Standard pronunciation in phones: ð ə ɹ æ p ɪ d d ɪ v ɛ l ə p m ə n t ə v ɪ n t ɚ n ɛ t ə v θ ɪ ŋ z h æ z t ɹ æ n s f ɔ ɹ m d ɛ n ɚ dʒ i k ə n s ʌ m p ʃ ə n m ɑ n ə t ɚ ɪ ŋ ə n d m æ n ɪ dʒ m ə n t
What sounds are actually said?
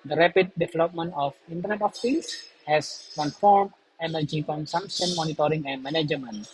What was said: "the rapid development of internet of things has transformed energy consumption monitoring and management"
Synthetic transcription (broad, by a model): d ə ɹ æ p ɪ d d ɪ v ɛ l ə p m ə n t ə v ɪ n t ɚ n ɛ t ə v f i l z h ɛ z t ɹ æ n f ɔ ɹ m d ɛ n ɚ dʒ i k ə n s ʌ m p ʃ ə n m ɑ n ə t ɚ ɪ ŋ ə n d m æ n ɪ dʒ m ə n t